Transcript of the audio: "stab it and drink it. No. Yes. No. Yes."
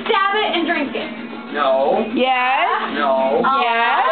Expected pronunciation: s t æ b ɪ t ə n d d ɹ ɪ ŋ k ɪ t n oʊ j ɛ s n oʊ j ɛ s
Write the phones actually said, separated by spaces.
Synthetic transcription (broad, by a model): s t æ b ɪ t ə n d d ɹ ɪ ŋ k ɪ t n oʊ j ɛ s n oʊ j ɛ